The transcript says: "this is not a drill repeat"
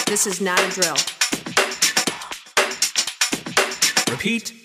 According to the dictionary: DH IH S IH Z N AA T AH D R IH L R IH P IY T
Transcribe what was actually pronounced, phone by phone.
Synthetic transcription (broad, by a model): DH IH S IH Z N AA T AH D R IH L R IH P IY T